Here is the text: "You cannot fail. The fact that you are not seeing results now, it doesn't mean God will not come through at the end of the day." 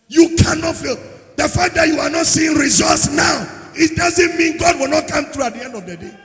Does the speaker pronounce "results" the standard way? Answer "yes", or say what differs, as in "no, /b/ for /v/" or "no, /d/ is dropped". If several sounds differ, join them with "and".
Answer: no, /l/ is dropped